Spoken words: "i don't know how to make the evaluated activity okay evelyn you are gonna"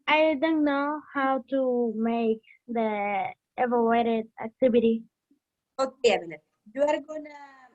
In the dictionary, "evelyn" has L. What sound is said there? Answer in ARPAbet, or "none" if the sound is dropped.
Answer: N